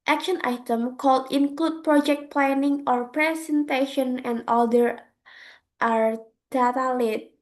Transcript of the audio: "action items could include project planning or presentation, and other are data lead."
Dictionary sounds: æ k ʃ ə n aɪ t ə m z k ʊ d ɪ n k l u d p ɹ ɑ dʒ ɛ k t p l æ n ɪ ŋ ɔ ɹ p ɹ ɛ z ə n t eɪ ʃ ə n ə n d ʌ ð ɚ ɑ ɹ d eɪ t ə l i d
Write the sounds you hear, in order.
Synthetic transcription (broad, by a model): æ k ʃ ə n aɪ t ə m k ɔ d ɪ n k l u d p ɹ ɑ dʒ ɛ k t p l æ n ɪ ŋ ɔ ɹ p ɹ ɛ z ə n t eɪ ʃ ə n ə n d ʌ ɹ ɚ ɑ ɹ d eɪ t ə l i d